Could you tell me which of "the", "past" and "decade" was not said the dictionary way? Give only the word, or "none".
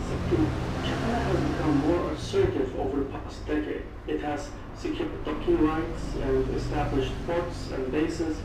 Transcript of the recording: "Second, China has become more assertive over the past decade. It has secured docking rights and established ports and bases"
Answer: none